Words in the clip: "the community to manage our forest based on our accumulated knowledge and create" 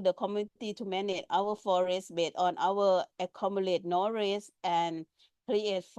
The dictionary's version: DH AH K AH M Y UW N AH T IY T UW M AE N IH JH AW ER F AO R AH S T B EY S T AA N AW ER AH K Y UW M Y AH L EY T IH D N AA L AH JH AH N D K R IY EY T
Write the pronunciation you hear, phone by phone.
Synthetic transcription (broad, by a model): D AH K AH M Y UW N T IY T UW M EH N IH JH AW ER F AO R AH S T B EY T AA N AW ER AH K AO M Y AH L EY T N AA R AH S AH N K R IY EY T